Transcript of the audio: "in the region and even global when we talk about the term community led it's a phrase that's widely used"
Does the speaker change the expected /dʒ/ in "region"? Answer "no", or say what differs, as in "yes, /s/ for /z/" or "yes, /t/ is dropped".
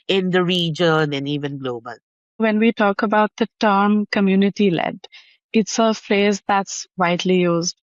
no